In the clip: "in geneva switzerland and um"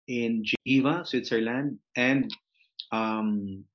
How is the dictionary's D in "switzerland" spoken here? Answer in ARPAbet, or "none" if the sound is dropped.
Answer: D